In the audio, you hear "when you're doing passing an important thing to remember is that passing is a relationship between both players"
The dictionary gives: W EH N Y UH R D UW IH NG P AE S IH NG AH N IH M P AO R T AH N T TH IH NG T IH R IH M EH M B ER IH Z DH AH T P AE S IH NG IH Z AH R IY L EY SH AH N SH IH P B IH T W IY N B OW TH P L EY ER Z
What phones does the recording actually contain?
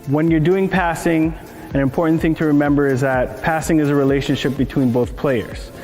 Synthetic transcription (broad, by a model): W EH N Y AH R D UW IH NG P AE S IH NG AH N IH M P AO R T N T TH IH NG T IH R IH M EH M B ER IH Z DH AH T P AE S IH NG IH Z AH R IY L EY SH AH N SH IH P B IH T W IY N B OW TH P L EY ER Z